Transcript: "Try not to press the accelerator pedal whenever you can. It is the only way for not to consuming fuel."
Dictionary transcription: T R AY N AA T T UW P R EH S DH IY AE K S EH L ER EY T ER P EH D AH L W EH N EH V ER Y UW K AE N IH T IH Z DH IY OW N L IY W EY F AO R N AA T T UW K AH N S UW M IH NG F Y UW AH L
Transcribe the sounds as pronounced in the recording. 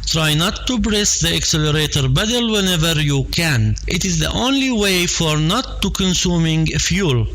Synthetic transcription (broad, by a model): T R AY N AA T T UW B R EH S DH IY AE K S EH L ER EY T ER B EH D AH L W EH N EH V ER Y UW K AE N IH T IH Z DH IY OW N L IY W EY F AO R N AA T T UW K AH N S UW M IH NG F Y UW L